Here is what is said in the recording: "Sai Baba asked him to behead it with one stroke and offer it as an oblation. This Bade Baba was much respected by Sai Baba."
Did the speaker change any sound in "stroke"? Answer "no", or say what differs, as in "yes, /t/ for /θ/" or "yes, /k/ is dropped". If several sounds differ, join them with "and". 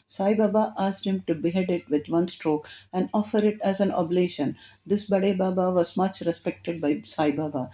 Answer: no